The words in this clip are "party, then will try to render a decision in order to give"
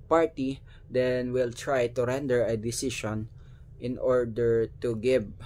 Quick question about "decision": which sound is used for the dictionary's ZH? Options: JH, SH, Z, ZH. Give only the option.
SH